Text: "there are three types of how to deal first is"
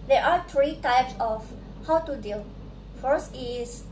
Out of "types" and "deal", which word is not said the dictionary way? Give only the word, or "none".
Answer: none